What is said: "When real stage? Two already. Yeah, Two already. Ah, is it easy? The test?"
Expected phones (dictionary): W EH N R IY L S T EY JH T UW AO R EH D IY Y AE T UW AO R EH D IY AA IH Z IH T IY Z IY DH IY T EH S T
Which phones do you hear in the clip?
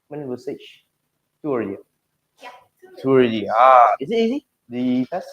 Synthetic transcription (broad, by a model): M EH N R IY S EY CH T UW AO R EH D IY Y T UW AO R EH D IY AA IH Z IH T IY Z IY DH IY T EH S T